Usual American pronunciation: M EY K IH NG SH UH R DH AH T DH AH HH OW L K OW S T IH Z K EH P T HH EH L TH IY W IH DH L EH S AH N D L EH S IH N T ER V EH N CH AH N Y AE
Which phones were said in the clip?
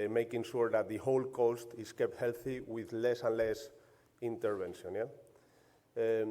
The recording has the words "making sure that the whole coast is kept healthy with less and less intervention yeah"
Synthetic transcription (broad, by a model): M EY K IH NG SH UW R DH AH T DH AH HH OW L K OW S T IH S K EH P T HH EH L TH IY W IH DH L EH S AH N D L EH S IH N T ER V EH N SH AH N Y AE